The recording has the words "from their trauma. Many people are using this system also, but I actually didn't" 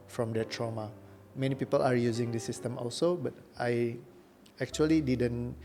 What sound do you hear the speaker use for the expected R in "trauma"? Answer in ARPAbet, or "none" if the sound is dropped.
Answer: R